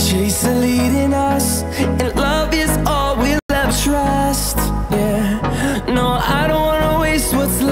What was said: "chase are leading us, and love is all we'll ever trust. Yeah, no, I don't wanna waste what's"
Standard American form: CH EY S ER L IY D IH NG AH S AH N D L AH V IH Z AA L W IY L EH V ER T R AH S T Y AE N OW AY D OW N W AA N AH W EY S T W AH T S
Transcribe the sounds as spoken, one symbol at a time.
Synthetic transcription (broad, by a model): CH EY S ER L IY D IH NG AH S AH N L AH V IH Z AA L W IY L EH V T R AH S T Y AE N OW AY D OW N W AA N AH W EY S T W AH T S